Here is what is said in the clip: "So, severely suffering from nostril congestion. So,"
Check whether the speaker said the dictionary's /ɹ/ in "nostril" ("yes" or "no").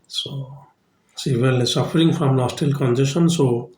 no